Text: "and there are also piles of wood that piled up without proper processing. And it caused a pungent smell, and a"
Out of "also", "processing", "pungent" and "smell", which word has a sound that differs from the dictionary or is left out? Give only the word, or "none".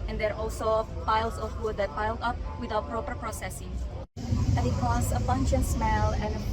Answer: pungent